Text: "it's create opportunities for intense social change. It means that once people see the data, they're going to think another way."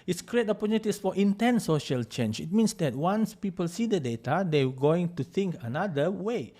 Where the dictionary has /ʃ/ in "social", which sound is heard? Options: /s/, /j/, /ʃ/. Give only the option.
/ʃ/